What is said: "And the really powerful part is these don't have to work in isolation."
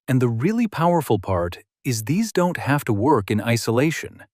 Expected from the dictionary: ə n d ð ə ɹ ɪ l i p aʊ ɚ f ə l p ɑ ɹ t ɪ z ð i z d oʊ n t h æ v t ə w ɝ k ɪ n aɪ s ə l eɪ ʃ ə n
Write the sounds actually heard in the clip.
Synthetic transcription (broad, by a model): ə n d ð ə ɹ ɪ l i p aʊ ɚ f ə l p ɑ ɹ t ɪ z ð i z d oʊ n t h æ f t ə w ɝ k ɪ n aɪ s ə l eɪ ʃ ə n